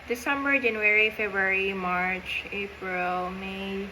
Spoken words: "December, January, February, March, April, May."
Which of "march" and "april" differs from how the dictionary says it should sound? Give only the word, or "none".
none